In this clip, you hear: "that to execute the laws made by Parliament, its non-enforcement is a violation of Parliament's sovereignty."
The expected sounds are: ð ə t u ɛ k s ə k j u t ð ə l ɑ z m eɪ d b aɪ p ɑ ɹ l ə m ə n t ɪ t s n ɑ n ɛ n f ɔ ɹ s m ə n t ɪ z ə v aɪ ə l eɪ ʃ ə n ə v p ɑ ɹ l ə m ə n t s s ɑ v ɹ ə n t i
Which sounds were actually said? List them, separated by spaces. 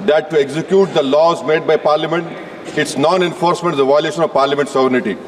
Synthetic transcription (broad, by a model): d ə t u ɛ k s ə k j u t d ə l ɑ z m eɪ d b aɪ p ɑ ɹ l ə m ə n t ɪ t s n ɑ n ɛ n f ɔ ɹ s m ə n t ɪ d ə v aɪ ə l eɪ ʃ ə n ə v p ɑ ɹ l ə m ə n t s s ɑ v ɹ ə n t i